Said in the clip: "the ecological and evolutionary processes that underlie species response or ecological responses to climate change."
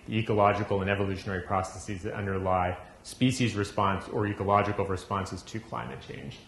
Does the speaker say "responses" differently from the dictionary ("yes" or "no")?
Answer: no